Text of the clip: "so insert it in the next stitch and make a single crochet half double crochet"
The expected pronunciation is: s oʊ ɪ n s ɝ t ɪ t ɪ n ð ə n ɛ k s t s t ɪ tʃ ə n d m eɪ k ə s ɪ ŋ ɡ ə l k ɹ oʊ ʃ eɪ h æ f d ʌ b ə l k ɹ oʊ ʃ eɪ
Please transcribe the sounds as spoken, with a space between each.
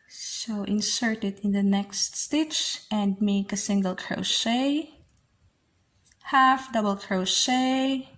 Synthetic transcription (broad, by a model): s oʊ ɪ n s ɝ t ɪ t ɪ n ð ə n ɛ k s t s t ɪ tʃ ə n d m eɪ k ə s ɪ ŋ ɡ ə l k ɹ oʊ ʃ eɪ h æ f d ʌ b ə l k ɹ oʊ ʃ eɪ